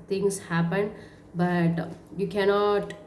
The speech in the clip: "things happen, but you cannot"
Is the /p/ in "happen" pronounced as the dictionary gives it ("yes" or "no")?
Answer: yes